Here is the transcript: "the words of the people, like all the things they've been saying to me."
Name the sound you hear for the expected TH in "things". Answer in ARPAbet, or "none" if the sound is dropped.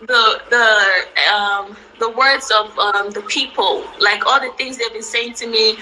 TH